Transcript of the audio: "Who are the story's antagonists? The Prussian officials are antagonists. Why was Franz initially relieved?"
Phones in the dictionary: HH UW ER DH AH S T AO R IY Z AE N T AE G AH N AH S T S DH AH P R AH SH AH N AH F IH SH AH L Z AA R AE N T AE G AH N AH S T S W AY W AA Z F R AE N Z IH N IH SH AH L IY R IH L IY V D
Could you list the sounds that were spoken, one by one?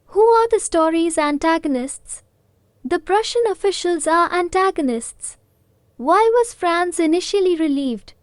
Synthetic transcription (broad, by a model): HH UW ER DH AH S T AO R IY Z AE N T AE G AH N AH S T S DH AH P R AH SH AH N AH F IH SH AH L Z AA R AE N T AE G AH N AH S T S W AY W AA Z F R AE N S IH N IH SH AH L IY R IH L IY V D